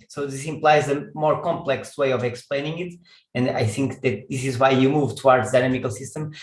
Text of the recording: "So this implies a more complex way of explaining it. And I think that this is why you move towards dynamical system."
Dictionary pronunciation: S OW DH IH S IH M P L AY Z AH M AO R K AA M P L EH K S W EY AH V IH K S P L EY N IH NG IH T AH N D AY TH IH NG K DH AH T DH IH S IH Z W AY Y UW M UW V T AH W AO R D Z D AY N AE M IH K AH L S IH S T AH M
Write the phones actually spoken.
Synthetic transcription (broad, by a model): S OW DH IH S IH M P L AY Z AH M AO R K AA M P L EH K S W EY AH V IH K S P L EY N IH NG IH T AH N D AY TH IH NG K DH AH T DH IH S IH Z W AY Y UW M UW V T AH W AO R D Z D AY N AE M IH K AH L S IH S T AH M